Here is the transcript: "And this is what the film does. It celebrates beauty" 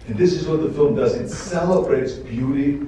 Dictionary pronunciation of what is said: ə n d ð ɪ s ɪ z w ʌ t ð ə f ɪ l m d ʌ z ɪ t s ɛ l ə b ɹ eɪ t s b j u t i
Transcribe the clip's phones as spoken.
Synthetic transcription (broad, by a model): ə n ð ɪ s ɪ z w ʌ t ð ə f ɪ l m d ʌ z ɪ t s ɛ l ə b ɹ eɪ t s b j u t i